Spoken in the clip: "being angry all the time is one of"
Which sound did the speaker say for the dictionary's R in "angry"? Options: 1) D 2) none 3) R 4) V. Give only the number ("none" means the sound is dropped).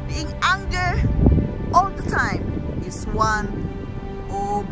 2